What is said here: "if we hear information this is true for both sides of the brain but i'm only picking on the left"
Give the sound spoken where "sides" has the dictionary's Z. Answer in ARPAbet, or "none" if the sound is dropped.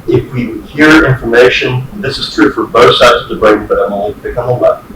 Z